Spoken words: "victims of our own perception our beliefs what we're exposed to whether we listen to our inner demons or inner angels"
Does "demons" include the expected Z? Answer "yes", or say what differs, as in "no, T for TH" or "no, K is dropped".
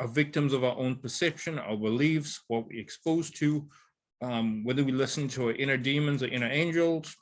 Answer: yes